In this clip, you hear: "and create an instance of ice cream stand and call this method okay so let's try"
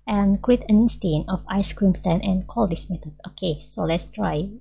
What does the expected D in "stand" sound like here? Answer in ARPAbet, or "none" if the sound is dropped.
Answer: none